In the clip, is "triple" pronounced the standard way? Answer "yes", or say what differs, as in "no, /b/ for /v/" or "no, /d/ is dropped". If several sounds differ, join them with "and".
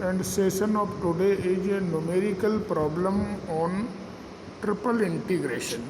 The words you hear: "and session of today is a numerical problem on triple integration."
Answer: yes